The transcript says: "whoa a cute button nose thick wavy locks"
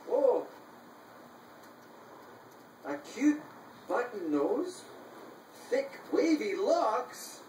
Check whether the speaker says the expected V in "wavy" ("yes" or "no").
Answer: yes